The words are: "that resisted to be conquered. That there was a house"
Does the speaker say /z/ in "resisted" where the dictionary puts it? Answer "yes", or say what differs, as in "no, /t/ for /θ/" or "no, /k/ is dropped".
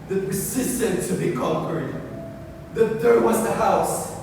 no, /s/ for /z/